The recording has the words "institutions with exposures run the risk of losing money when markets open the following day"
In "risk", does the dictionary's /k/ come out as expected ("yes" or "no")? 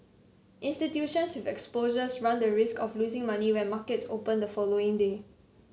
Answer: yes